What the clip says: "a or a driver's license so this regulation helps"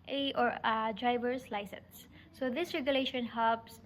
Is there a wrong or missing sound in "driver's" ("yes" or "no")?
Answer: yes